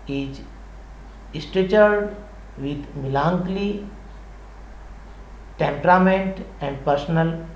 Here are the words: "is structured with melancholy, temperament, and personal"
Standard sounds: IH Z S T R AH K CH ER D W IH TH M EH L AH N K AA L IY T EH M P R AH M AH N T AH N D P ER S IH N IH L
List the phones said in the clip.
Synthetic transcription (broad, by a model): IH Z S T EH CH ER D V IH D M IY L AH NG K L IY T EH M P R AH M AH N T AH N D P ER S N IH L